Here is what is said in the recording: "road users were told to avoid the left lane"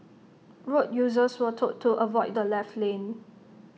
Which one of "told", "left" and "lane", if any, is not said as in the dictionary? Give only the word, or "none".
told